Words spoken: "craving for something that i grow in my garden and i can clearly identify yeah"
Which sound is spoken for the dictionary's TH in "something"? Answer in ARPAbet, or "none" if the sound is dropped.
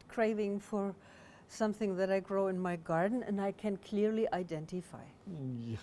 TH